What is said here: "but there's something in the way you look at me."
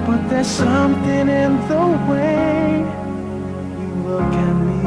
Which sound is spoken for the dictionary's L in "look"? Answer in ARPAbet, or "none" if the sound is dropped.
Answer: W